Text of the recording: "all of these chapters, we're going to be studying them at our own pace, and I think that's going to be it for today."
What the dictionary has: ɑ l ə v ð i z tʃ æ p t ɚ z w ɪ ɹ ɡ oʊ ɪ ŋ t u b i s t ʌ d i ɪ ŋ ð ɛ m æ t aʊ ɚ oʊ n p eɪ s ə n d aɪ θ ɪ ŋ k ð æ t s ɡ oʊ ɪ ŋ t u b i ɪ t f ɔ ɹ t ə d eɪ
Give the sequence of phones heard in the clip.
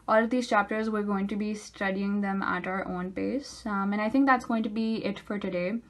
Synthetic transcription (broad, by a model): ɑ l ə v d i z tʃ æ p t ɚ z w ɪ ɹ ɡ oʊ ɪ ŋ t u b i s t ʌ d i ɪ ŋ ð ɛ m æ t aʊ ɚ oʊ n p eɪ s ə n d aɪ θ ɪ ŋ k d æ t s ɡ oʊ ɪ ŋ t u b i ɪ t f ɔ ɹ t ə d eɪ